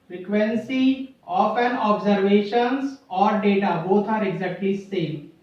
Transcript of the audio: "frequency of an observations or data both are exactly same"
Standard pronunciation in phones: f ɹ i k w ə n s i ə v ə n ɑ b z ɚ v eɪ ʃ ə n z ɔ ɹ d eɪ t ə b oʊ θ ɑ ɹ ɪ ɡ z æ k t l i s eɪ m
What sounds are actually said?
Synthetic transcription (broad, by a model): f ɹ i k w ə n s i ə p ə n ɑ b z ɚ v eɪ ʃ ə n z ɔ ɹ d eɪ t ə b oʊ t ɑ ɹ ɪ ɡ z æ k t l i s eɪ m